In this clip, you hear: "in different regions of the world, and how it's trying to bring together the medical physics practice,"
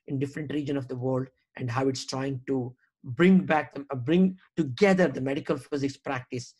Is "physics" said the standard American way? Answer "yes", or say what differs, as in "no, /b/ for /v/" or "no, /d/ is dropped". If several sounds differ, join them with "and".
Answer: yes